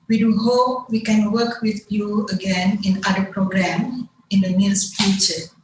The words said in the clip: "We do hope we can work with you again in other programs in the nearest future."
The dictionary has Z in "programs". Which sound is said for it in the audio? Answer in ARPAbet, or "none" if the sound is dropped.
none